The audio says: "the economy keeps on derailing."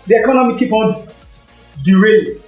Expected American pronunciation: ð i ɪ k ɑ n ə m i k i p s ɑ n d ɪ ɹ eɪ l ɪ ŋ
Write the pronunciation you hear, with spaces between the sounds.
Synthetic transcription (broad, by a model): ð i ɪ k ɑ n ə m i k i p ɑ n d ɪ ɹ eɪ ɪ